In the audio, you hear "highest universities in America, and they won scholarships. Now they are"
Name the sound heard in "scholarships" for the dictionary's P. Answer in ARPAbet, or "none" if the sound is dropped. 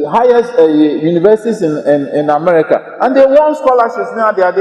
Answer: none